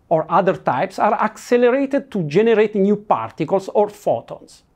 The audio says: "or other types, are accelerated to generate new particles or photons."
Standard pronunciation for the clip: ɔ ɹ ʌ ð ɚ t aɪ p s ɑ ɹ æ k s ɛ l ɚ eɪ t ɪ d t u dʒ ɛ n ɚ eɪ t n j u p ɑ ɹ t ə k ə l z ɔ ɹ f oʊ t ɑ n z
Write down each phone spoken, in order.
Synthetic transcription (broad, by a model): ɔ ɹ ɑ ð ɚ t aɪ p s ɑ ɹ æ k s ɛ l ɚ eɪ t ɪ d t u dʒ ɛ n ɚ eɪ t n j u p ɑ ɹ t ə k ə l s ɔ ɹ f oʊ t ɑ n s